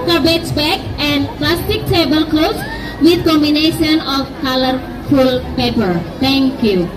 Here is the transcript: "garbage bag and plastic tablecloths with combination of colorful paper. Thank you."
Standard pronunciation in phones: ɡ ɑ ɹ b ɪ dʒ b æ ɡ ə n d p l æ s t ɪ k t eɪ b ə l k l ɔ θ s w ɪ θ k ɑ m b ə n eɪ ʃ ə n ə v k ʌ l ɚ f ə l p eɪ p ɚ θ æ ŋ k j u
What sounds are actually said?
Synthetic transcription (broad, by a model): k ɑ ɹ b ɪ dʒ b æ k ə n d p l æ s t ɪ k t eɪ b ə l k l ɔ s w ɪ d k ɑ m b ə n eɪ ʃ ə n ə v k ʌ l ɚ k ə l p eɪ p ɚ t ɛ ŋ k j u